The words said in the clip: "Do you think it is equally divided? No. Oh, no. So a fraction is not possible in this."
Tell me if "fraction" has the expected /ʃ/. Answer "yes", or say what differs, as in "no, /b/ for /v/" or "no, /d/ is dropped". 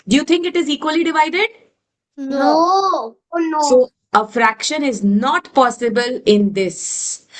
yes